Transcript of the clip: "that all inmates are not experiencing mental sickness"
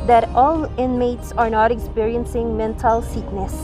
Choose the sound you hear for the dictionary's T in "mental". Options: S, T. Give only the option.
T